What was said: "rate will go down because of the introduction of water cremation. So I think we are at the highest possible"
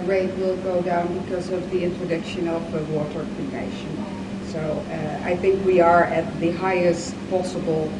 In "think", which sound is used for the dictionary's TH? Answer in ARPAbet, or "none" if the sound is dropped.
TH